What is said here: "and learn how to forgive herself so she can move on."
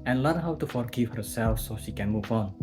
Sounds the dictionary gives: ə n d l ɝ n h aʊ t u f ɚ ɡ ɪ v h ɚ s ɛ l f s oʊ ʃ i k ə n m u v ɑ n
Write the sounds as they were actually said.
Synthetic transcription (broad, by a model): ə n l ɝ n h aʊ t u f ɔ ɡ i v h ɚ s ɛ l f s oʊ ʃ i k ə n m u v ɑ n